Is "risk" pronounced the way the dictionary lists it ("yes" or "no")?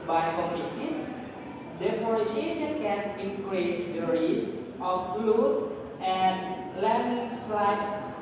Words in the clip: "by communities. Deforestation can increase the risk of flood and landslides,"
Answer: no